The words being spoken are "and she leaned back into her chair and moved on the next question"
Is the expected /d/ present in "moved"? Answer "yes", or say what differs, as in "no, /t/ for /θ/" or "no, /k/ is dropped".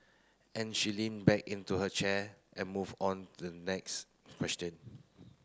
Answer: no, /d/ is dropped